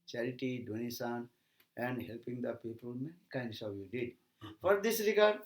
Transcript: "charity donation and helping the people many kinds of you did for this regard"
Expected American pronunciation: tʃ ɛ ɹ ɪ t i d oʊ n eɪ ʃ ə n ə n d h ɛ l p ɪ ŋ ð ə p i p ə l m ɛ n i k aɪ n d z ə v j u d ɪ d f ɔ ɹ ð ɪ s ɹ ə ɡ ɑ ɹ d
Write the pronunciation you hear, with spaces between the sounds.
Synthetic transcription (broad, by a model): tʃ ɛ ɹ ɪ t i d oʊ n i s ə n ə n d h ɛ l p ɪ ŋ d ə p i p ə l m ɛ n i k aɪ n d s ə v j u d ɪ d f ɔ ɹ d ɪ s ɹ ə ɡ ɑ ɹ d